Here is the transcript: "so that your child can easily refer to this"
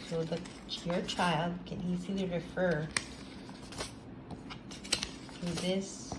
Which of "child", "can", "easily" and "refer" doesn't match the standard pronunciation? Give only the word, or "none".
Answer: none